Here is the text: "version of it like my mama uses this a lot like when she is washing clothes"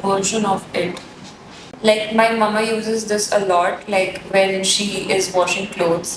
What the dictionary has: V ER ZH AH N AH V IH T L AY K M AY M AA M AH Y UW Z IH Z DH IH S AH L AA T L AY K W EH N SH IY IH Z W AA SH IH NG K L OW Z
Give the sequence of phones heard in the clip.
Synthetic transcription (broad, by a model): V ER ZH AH N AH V IH T L AY K M AY M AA M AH Y UW Z IH Z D IH S AH L AA T L AY K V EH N SH IY IH Z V AA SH IH NG K L OW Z